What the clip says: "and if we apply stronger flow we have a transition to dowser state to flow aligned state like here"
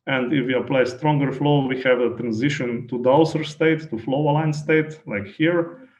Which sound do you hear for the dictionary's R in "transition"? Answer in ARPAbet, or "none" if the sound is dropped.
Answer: R